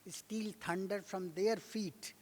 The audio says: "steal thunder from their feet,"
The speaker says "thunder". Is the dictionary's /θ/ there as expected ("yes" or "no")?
no